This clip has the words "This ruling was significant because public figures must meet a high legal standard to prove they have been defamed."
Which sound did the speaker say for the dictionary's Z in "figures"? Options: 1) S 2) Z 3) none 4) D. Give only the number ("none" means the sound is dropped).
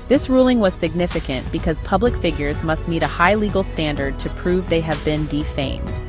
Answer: 2